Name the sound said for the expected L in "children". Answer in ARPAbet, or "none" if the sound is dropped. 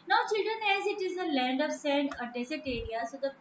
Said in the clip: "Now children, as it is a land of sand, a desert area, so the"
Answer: L